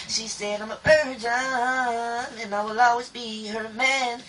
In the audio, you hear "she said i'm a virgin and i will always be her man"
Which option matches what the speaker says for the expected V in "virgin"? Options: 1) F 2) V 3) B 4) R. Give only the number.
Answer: 3